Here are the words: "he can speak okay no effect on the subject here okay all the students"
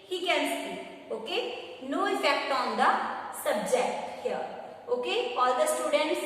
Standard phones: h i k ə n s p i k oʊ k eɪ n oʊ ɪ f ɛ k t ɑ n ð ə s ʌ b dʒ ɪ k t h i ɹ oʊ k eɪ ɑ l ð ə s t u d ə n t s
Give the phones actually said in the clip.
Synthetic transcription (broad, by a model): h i k ə n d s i oʊ k eɪ n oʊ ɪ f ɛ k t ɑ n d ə s ʌ b dʒ ɪ k t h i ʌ oʊ k eɪ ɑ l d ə s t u d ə n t s